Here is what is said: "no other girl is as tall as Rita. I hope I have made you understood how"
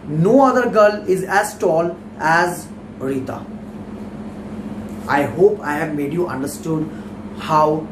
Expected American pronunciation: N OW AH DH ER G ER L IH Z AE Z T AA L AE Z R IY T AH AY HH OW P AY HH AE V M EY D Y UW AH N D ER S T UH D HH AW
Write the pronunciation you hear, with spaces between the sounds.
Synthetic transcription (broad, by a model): N OW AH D ER G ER L IH Z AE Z T AA L AE Z R IY T AH AY HH OW P AY HH AE V M EY D Y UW AH N D ER S T UH D HH AW